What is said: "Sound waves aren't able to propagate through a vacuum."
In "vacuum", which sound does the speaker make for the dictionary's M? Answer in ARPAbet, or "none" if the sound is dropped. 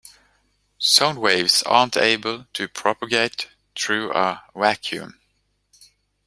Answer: M